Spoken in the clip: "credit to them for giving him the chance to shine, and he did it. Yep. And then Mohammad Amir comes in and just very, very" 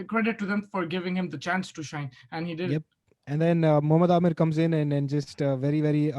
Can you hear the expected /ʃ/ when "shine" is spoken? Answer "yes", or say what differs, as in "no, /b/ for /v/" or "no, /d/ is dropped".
yes